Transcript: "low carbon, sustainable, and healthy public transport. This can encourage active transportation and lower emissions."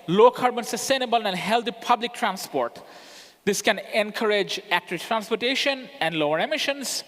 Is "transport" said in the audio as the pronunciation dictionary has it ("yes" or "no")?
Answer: yes